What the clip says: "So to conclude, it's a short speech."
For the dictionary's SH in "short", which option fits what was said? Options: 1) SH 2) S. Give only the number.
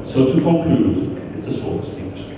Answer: 2